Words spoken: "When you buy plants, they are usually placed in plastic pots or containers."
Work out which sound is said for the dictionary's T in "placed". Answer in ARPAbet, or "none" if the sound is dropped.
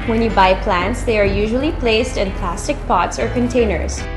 T